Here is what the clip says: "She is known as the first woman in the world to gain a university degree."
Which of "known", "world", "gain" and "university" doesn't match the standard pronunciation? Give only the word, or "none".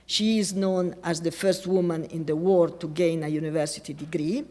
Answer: world